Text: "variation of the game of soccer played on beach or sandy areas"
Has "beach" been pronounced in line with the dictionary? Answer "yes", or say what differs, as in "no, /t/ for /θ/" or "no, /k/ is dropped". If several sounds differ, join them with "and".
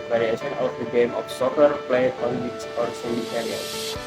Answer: no, /s/ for /tʃ/